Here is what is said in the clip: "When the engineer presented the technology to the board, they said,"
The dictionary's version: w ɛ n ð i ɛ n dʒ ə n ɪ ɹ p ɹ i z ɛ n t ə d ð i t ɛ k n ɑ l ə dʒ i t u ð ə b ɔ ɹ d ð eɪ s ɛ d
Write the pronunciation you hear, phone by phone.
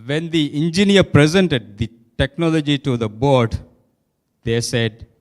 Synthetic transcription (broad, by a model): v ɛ n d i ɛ n dʒ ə n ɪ ɹ p ɹ i z ɛ n t ə d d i t ɛ k n ɑ l ə dʒ i t u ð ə b ɔ ɹ d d eɪ s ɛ d